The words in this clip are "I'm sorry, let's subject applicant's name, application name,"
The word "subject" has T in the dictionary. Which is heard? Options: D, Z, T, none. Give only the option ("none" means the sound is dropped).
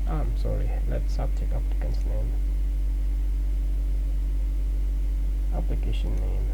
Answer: none